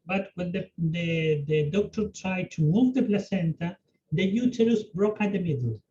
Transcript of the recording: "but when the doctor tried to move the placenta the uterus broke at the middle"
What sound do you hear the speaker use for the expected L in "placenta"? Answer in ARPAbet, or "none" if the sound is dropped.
L